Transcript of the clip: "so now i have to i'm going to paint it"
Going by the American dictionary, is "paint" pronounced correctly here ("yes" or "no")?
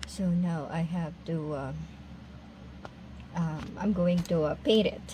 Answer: no